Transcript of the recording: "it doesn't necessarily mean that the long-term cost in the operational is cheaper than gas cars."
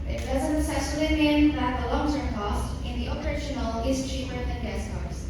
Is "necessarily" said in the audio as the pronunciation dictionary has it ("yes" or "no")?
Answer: no